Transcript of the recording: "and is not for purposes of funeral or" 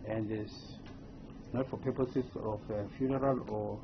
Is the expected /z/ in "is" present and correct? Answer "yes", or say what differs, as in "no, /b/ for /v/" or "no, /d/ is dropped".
no, /s/ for /z/